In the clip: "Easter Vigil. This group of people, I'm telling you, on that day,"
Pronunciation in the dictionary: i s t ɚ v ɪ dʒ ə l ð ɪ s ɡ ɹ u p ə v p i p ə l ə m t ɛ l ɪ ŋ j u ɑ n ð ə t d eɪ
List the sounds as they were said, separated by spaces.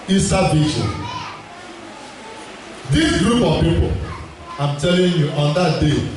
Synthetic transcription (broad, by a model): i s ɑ b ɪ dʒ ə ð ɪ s ɡ ɹ u p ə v p i p ə l ə m t ɛ l ɪ ŋ j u ɑ n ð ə t d eɪ